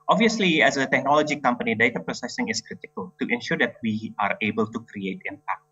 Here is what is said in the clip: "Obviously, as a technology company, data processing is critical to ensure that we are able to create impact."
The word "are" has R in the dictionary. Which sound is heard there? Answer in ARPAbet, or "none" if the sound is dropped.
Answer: R